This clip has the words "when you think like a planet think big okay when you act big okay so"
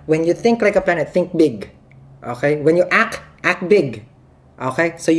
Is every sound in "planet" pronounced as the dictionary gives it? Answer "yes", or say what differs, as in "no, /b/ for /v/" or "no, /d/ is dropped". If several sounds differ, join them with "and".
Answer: no, /l/ is dropped